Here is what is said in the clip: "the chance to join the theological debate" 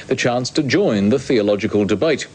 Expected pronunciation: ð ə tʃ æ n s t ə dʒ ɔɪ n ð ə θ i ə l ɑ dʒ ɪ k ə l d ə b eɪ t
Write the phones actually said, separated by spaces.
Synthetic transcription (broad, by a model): ð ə tʃ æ n s t ə dʒ ɔɪ n ð ə θ i ə l ɑ dʒ ɪ k ə l d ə b eɪ t